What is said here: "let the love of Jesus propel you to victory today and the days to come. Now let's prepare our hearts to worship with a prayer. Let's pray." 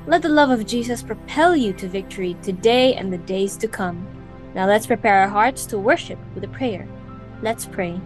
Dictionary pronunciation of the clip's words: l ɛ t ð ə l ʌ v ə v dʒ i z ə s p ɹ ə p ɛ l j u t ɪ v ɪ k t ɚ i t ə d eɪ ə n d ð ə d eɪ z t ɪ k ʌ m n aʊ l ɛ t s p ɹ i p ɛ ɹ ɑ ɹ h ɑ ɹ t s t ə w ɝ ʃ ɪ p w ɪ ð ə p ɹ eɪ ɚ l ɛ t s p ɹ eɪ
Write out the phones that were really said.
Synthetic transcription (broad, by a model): l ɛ t ð ə l ʌ v ə v dʒ i z ə s p ɹ ə p ɛ l j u t ɪ v ɪ k t ɚ i t ə d eɪ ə n ð ə d eɪ z t ɪ k ʌ m n aʊ l ɛ t s p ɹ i p ɛ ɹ ɹ h ɑ ɹ t s t ə w ɝ ʃ ɪ p w ɪ ð ə p ɹ eɪ ɚ l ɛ t s p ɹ eɪ